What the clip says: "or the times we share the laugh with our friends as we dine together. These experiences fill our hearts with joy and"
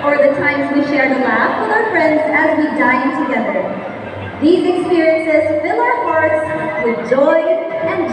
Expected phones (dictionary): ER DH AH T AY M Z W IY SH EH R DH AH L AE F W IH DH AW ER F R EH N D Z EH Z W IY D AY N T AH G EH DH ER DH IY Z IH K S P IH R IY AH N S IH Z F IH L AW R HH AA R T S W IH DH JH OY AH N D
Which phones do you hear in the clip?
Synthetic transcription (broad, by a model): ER DH AH T AY M Z W IY SH EH R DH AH L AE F W IH DH AW ER F R EH N D Z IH Z W IY D AY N T AH G EH DH ER DH IY Z IH K S P IH R IY AH N S IH Z F IH L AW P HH AA R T S W IH DH JH OY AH N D